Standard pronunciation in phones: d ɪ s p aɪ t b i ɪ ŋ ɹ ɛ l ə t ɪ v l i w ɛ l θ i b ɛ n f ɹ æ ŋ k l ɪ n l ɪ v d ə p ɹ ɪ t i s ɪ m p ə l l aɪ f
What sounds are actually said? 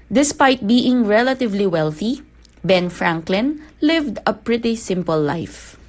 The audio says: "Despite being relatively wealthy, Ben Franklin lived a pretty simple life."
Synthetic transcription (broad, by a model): d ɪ s p aɪ t b i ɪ ŋ ɹ ɛ l ə t ɪ v l i w ɛ l θ i b ɛ n f ɹ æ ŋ k l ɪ n l ɪ v d ə p ɹ ɪ t i s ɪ m p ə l l aɪ f